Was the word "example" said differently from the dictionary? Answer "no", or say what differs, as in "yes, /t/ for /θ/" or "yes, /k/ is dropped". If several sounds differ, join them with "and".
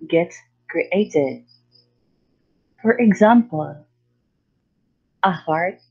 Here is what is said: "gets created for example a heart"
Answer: no